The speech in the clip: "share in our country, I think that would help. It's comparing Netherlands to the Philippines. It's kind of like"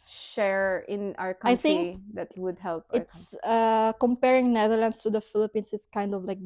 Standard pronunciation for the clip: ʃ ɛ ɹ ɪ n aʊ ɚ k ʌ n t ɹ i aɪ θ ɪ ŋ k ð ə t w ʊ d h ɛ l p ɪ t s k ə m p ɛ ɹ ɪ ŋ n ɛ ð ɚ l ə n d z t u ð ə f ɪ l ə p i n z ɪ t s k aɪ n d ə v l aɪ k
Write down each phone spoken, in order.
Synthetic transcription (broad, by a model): ʃ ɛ ɹ ɪ n aʊ ɚ k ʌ aɪ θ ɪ ŋ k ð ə t w ʊ d h ɛ l p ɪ t s k ə m p ɛ ɹ ɪ ŋ n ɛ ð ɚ l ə n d s t u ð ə f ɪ l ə p i n s ɪ t s k aɪ n d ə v l aɪ k